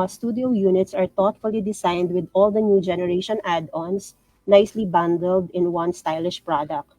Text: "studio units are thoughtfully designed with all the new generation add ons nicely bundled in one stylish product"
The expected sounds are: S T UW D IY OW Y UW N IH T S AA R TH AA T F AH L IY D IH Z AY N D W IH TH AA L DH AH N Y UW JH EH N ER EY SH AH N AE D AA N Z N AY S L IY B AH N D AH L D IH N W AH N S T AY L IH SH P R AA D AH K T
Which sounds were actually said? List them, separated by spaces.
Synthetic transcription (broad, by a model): S T UW D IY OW Y UW N IH T S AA R T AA T F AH L IY D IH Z AY N D W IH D AA L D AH N Y UW JH EH N ER EY SH AH N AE D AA N S N AY S L IY B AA N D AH L D IH N W AH N S T AY L IH SH P R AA D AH K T